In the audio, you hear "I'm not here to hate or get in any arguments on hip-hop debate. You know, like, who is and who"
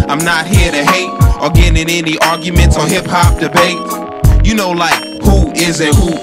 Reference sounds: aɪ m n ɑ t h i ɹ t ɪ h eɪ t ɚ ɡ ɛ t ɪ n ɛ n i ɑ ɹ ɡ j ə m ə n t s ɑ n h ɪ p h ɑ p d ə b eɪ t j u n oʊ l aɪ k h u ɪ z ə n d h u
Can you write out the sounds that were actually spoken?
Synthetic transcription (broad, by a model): aɪ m n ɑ t h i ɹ t ɪ h eɪ t ɚ ɡ ɛ t ɪ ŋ ɛ n i ɑ ɹ ɡ j ə m ə n t s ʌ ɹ h ɪ p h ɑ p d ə b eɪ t j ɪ n oʊ l aɪ k h u ɪ z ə h u